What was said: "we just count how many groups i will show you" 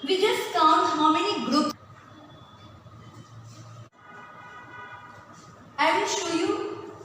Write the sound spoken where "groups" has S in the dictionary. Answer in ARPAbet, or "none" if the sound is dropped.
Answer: none